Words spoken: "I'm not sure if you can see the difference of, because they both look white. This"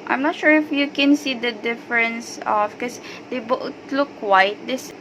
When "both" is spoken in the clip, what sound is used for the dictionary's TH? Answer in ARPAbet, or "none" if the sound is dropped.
T